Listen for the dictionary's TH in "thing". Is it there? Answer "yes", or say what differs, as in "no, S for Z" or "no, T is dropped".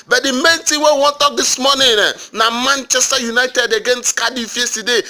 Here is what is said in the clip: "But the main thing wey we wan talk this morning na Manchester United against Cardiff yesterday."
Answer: no, T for TH